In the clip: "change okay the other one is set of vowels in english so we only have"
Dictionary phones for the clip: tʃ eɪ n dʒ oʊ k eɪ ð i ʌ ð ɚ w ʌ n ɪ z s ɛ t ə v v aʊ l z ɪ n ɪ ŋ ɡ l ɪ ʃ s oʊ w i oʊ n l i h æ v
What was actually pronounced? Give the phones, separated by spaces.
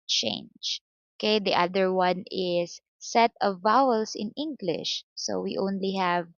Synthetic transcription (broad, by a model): tʃ eɪ n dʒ oʊ k eɪ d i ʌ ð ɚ w ʌ n ɪ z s ɛ t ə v v aʊ l s ɪ n ɪ ŋ ɡ l ɪ ʃ s oʊ w i oʊ n l i h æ v